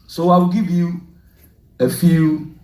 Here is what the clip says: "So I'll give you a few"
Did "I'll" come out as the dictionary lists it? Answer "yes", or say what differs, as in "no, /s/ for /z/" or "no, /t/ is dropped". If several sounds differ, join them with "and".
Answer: no, /w/ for /l/